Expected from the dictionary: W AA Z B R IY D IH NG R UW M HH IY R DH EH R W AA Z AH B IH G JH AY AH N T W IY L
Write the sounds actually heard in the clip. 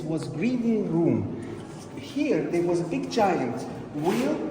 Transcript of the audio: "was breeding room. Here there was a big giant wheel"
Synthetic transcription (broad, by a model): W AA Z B R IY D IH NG R UW M HH IY R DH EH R W AA Z AH B IH G CH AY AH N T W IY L